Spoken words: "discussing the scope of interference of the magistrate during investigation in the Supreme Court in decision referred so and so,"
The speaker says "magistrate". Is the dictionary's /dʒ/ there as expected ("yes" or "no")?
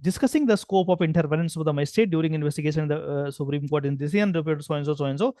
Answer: no